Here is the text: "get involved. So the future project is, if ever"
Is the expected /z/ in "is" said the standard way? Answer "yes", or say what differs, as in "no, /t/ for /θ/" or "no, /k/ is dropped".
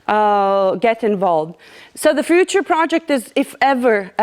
yes